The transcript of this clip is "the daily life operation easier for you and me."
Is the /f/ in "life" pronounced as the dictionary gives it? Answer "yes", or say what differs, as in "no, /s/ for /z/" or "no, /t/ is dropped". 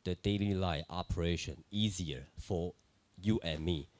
no, /f/ is dropped